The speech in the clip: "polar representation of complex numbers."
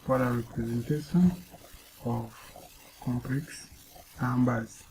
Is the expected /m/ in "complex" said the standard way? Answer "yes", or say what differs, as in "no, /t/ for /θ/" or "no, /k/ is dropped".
yes